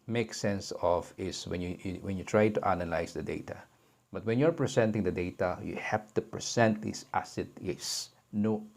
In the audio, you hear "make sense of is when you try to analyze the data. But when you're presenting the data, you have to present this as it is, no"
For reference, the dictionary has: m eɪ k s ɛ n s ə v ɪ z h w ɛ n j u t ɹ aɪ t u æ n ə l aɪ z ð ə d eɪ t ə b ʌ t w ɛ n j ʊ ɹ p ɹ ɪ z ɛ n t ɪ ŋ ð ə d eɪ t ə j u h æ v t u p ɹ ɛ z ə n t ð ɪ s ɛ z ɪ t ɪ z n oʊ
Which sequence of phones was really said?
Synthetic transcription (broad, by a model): m eɪ k s ɛ n s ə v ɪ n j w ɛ n j u t ɹ aɪ t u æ n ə l aɪ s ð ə d eɪ t ə b ʌ t w ɛ n j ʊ ɹ p ɹ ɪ s ɛ n t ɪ ŋ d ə d eɪ t ə j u h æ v t u p ɹ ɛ s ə n t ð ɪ s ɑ s ɪ t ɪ s n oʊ